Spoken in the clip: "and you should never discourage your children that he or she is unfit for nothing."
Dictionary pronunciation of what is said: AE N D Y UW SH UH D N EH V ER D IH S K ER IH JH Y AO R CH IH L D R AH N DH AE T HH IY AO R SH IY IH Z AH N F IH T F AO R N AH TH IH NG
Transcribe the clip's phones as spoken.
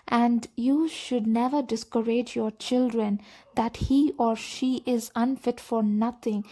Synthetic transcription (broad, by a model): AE N D Y UW SH UH D N EH V ER D IH S K ER IH JH Y AO R CH IH L D R AH N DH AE T HH IY AO R SH IY IH Z AH N F IH T F AO R N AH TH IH NG